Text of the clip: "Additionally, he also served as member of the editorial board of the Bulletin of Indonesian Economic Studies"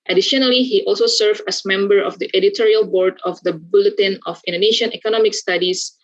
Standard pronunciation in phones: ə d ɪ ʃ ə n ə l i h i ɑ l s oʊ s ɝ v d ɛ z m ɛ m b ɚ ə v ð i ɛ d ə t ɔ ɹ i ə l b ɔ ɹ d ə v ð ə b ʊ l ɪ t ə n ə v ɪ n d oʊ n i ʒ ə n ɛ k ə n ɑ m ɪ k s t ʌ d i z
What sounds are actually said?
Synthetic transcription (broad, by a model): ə d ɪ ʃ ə n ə l i h i ɑ l s oʊ s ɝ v ɛ s m ɛ m b ɚ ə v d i ɛ d ə t ɔ ɹ i ə l b ɔ ɹ d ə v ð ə b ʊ l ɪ t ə n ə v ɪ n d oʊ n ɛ ʃ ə n ɛ k ə n ɑ m ɪ k s t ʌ d i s